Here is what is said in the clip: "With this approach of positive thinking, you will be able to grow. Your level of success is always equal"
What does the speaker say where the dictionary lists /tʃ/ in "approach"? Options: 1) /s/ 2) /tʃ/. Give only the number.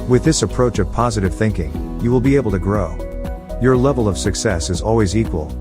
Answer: 2